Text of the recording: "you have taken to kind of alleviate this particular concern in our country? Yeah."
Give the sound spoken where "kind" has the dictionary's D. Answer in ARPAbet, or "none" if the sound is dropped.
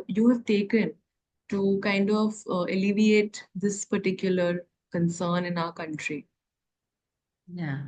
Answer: D